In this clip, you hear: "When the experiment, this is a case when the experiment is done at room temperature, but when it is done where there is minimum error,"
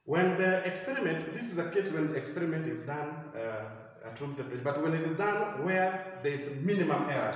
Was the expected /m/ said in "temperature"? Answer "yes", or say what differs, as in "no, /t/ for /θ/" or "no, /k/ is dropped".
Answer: no, /m/ is dropped